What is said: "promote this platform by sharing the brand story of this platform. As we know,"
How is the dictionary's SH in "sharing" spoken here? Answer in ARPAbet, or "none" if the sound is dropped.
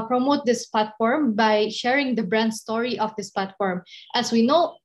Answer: SH